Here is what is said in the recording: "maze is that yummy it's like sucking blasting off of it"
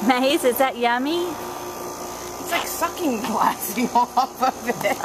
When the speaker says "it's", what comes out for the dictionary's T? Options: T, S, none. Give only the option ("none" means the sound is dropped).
T